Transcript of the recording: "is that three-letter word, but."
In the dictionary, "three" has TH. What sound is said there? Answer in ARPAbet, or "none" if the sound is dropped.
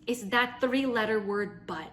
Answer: TH